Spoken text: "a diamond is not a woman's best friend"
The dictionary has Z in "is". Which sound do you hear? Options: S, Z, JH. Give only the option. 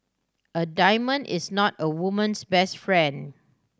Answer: S